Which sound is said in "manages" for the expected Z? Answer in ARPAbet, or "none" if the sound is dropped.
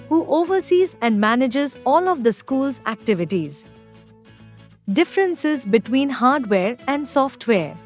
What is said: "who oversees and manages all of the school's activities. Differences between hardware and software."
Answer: Z